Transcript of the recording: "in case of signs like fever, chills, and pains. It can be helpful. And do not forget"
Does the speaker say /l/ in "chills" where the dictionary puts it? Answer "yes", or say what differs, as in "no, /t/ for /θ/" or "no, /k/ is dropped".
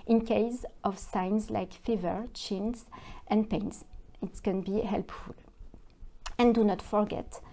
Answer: no, /n/ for /l/